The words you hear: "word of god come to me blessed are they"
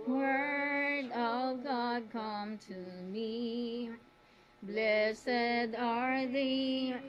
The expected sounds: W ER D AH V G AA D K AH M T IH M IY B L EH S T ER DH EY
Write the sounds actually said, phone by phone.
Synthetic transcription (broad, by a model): W ER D AH V G AA D K AH M T IH M IY B L EH S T ER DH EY